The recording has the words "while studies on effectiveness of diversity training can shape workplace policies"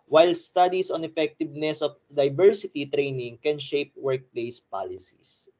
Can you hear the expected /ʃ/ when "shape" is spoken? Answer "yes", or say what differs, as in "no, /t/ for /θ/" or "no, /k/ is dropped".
yes